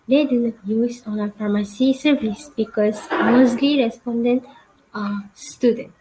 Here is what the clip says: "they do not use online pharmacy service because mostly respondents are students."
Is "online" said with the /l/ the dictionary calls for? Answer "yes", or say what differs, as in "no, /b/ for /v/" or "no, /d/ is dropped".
no, /l/ is dropped